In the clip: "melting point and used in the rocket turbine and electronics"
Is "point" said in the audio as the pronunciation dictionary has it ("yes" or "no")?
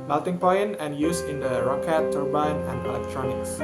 no